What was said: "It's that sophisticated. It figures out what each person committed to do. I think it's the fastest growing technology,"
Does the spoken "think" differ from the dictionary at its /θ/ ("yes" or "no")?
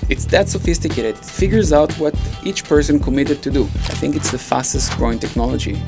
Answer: no